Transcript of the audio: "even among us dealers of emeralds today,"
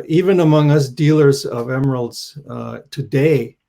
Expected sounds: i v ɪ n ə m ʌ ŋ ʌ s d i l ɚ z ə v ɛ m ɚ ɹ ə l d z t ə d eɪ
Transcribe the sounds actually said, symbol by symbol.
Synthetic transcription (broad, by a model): i v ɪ n ə m ʌ ŋ ʌ s d i l ɚ z ə v ɛ m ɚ ɹ l d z t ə d eɪ